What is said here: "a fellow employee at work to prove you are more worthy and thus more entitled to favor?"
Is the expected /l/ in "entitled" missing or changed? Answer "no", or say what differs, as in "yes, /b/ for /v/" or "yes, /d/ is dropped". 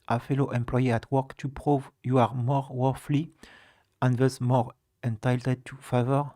yes, /l/ is dropped